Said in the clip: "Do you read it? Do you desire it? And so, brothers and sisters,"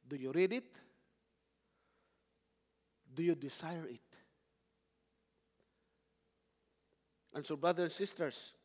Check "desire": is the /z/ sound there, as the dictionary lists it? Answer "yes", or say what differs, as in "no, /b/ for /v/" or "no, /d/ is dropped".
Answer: no, /s/ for /z/